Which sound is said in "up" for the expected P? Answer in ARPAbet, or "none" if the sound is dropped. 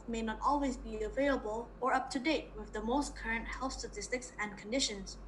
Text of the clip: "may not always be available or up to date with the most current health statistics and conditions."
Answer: P